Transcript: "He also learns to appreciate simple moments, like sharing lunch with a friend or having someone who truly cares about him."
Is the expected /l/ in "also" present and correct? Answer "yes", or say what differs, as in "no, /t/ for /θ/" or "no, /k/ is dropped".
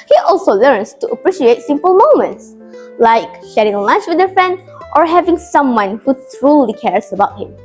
yes